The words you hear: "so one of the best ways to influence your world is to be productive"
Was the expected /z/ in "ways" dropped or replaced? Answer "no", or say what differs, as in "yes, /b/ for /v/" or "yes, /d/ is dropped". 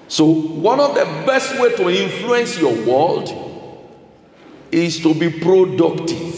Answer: yes, /z/ is dropped